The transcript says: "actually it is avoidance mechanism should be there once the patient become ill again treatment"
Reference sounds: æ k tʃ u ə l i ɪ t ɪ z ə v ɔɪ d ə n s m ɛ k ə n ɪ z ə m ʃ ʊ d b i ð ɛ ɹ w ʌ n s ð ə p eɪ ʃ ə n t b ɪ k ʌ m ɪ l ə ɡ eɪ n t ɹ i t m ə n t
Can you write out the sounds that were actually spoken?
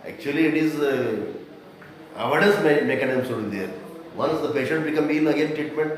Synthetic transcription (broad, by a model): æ k tʃ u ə l i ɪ t ɪ z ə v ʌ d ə s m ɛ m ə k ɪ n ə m s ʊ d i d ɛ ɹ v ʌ n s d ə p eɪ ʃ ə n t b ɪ k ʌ m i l ə ɡ eɪ n t ɹ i t m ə n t